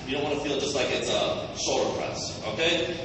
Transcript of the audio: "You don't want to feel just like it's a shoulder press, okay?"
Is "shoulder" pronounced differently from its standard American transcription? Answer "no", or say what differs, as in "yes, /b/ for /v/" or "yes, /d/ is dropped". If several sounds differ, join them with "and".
yes, /s/ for /ʃ/